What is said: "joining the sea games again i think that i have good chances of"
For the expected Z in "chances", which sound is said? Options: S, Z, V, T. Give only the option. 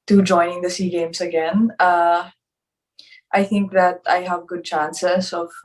S